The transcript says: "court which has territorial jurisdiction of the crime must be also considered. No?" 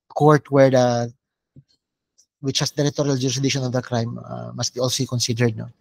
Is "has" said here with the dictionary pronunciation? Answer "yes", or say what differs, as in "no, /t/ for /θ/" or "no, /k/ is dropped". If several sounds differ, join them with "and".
no, /s/ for /z/